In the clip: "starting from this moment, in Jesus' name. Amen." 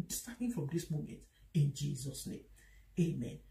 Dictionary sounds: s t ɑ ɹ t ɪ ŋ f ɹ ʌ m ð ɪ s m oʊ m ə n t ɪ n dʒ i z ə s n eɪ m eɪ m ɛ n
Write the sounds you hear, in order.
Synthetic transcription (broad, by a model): s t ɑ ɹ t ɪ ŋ f ɹ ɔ m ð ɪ s m oʊ m ə n t ɪ n dʒ i z ə s n eɪ m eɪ m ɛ n